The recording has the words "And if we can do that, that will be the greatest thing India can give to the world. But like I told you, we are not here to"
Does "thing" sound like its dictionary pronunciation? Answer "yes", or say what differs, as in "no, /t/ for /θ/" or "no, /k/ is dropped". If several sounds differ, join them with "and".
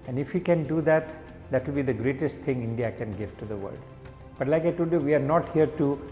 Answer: no, /t/ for /θ/